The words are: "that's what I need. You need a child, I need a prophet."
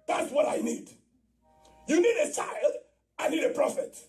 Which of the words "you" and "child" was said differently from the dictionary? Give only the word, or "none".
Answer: none